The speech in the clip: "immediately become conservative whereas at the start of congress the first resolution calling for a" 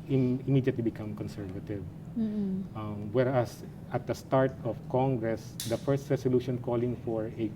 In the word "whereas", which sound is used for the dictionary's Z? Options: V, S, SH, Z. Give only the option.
S